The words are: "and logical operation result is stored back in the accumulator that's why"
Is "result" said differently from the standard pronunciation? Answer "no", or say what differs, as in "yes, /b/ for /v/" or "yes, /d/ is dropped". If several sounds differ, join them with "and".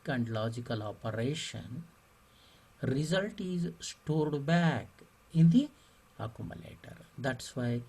no